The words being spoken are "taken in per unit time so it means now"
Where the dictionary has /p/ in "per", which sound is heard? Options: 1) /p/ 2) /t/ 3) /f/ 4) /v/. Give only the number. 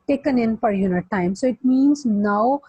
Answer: 3